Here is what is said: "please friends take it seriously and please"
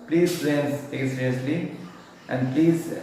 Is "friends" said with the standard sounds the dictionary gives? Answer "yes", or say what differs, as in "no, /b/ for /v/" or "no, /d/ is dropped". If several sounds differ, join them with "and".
no, /n/ is dropped